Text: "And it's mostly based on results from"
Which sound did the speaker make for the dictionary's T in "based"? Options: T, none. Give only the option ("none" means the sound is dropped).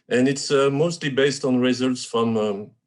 T